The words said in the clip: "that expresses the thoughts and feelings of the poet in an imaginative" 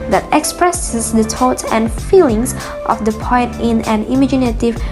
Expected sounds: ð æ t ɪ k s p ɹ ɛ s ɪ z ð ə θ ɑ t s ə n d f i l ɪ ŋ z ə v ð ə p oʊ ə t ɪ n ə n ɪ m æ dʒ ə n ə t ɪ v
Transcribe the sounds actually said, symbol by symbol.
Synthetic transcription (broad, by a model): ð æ t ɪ k s p ɹ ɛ s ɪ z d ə t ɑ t ə n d f i l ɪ ŋ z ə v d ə p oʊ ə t ɪ n ə n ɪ m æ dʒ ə n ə t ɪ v